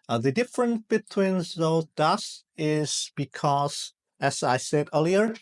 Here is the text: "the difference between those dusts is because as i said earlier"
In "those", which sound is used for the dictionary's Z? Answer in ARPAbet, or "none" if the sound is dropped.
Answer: none